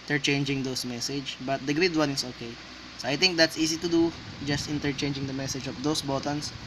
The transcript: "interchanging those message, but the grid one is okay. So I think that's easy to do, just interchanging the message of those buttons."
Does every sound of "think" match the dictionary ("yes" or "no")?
no